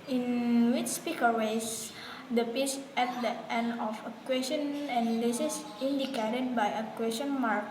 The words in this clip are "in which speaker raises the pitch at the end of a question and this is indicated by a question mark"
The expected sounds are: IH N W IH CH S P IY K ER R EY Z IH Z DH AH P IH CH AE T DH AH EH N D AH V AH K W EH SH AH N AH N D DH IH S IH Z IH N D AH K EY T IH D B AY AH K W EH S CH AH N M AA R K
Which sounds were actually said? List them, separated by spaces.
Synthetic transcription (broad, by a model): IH N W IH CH S P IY K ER W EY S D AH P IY S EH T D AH EH N D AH F AH K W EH S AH N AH N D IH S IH S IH N D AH K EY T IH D B AY AH K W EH S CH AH N M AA R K